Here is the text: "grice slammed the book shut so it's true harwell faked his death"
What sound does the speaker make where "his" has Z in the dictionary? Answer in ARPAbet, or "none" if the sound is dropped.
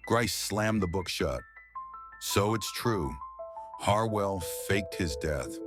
Z